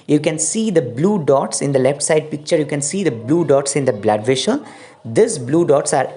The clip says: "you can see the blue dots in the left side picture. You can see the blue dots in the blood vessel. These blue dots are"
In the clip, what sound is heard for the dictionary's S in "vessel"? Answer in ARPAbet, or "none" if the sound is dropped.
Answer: SH